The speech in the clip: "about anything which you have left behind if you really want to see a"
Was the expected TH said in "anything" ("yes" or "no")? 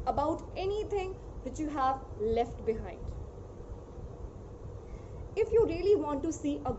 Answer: no